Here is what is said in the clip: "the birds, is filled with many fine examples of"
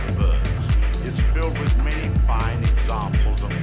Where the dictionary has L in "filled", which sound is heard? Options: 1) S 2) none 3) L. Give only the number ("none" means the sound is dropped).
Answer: 3